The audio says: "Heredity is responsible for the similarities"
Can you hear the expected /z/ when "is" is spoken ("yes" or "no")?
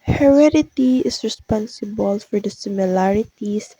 no